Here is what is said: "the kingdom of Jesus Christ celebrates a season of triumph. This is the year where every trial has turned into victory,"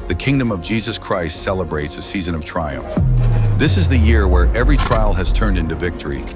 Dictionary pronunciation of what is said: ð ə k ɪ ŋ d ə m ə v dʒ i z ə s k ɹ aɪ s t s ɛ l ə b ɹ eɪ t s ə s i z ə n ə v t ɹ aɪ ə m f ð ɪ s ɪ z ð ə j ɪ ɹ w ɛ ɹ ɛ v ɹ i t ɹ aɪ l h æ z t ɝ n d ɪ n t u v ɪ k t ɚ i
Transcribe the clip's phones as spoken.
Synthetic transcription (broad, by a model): ð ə k ɪ ŋ d ə m ə v dʒ i z ə s k ɹ aɪ s t s ɛ l ə b ɹ eɪ t s ə s i z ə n ə v t ɹ aɪ ə m f ð ɪ s ɪ z ð ə j ɪ ɹ w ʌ ɹ ɛ v ɹ i t ɹ aɪ l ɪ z t ɝ n d ɪ n t u v ɪ k t ɚ i